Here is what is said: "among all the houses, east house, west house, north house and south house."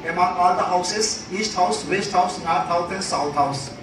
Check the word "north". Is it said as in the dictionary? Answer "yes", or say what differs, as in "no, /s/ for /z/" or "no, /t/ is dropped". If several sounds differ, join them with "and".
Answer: no, /t/ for /θ/